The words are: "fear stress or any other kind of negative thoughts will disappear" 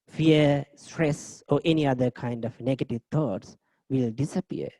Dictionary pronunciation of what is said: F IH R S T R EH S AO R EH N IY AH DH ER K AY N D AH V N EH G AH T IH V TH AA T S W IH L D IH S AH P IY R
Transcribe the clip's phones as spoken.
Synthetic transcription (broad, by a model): F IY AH S T R EH S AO R EH N IY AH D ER K AY N D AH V N EH G AH T IH V T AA T S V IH L D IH S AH P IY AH